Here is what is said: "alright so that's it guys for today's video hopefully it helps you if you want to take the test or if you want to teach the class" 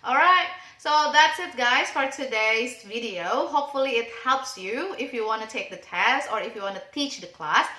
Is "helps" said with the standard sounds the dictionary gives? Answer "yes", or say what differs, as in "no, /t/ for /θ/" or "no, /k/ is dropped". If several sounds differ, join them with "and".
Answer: yes